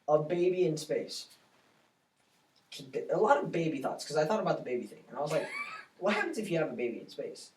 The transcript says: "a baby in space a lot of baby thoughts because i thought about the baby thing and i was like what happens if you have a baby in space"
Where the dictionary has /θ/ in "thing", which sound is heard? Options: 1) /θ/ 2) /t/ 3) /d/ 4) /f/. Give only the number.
1